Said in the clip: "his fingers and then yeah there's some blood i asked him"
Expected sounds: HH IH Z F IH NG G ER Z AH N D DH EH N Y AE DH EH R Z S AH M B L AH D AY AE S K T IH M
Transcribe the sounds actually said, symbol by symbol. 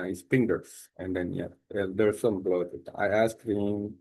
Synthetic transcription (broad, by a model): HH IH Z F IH NG G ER S AH N D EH N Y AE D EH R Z S AH M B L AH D AY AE S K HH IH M